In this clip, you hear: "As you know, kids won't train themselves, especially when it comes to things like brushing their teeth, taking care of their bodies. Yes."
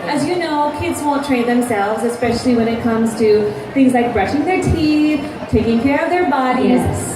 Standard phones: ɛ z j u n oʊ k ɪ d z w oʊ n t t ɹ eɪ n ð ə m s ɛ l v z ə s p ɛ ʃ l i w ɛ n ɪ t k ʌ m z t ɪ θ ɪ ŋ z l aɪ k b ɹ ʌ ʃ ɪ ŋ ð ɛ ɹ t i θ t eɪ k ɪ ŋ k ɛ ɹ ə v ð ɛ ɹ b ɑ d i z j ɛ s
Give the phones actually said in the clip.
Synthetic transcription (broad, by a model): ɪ z j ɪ n oʊ k ɪ d z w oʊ n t t ɹ eɪ n ð ə m s ɛ l v z ə s p ɛ ʃ l i w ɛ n ɪ t k ʌ m z t ɪ θ ɪ ŋ z l aɪ k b ɹ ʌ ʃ ɪ ŋ ð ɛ ɹ t i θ t eɪ k ɪ ŋ k ɛ ɹ ə v ð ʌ ɹ b ɑ d i z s